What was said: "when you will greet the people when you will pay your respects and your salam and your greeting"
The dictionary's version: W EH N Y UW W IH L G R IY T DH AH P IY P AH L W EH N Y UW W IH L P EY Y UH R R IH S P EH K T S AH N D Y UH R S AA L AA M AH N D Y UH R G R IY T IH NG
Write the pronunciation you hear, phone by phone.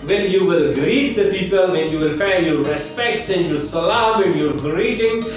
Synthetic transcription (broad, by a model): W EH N Y UW W IH L G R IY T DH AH P IY P AH L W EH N Y UW W IH L F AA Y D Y R IH S P EH K T S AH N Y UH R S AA L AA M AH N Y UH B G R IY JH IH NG